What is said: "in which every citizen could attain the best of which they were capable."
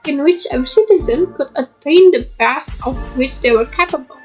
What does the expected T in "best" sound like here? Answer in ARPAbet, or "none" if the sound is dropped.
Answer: none